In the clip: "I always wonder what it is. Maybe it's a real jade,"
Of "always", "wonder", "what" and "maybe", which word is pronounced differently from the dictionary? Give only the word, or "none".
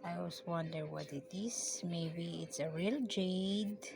always